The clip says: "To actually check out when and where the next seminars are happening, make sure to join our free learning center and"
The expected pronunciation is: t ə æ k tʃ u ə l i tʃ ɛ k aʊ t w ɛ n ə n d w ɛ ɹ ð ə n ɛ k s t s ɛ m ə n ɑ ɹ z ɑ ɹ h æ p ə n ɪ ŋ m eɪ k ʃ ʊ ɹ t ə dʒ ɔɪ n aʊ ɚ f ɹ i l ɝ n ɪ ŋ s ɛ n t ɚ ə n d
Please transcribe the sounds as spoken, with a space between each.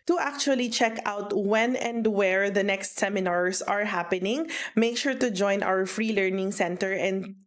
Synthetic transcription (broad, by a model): t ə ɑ k tʃ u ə l i tʃ ɛ k aʊ t w ɛ n ə n d w ɛ ɹ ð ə n ɛ k s t s ɛ m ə n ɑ ɹ s ɑ ɹ h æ p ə n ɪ ŋ m eɪ k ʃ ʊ ɹ t ə dʒ ɔɪ n aʊ ɚ f ɹ i l ɝ n ɪ ŋ s ɛ n t ɚ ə n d